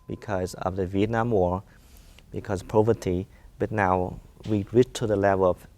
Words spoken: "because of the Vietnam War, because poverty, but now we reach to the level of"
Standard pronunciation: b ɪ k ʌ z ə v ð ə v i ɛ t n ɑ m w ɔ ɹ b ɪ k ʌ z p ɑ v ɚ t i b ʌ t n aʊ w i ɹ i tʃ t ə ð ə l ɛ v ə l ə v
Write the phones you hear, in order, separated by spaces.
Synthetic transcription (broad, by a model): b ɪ k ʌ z ə v ð ə v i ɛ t n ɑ m w ɔ ɹ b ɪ k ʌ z p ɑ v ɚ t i b ʌ t n aʊ w i ɹ i tʃ t ə ð ə l ɛ v ə l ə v